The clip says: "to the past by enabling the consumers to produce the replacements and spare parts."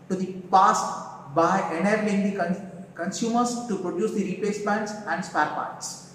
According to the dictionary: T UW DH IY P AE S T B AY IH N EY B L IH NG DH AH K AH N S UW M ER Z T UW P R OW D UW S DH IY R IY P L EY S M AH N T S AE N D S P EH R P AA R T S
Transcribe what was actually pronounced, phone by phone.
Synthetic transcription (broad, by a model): T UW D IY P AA S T B AY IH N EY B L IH NG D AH K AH N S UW M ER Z T UW P R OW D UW S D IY R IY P EY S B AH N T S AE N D S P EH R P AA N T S